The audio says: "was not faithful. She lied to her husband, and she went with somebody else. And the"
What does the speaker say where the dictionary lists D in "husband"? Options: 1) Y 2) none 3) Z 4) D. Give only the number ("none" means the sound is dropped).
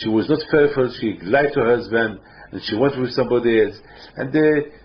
4